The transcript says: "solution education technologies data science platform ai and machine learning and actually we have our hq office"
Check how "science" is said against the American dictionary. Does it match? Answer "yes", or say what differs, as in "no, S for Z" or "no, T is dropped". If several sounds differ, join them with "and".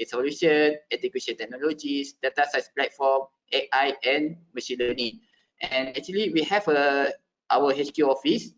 no, N is dropped